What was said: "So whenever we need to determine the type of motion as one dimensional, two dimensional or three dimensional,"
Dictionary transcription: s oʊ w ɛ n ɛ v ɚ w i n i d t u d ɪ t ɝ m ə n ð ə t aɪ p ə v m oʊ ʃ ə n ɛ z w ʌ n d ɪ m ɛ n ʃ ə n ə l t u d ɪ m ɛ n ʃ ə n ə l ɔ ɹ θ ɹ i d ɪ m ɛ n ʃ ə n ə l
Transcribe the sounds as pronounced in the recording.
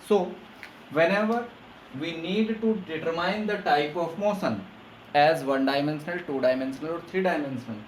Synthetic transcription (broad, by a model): s oʊ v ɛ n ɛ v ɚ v i n i d t u d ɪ t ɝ m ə n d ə t aɪ p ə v m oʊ s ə n ɛ z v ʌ n d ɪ m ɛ n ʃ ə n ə l t u d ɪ m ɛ n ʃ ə n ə l ɔ ɹ t ɹ i d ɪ m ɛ n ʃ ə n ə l